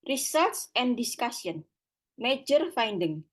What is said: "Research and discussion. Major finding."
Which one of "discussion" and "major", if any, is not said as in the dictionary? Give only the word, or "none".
discussion